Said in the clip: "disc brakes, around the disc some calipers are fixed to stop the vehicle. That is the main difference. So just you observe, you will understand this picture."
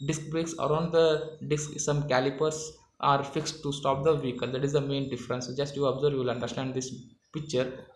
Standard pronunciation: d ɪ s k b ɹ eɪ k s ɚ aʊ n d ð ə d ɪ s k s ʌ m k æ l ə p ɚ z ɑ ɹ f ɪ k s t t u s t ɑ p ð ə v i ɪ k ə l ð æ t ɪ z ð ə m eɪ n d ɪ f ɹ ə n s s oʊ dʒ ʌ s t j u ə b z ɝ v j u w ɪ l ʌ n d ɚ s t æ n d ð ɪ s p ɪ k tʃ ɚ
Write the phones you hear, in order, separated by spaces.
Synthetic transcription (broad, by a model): d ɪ s k b ɹ eɪ k s ɚ aʊ n d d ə d ɪ s k s ʌ m k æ l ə p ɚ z ɑ ɹ f ɪ k s t t u s t ɑ p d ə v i k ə l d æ t ɪ z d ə m eɪ n d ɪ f ɹ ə n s s dʒ ʌ s t j u ə b z ɝ v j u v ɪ l ʌ n d ɚ s t æ n d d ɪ s p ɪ k tʃ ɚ